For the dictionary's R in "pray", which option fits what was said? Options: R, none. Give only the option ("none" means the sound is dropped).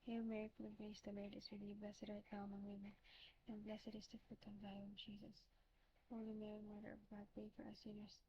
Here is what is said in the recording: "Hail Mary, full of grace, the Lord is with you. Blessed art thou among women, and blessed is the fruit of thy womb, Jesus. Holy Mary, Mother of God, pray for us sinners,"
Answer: none